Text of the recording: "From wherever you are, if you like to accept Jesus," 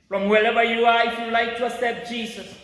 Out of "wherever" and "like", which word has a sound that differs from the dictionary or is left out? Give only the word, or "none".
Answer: wherever